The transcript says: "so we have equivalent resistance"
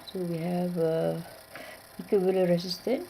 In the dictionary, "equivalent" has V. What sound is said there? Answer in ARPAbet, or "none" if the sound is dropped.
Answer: B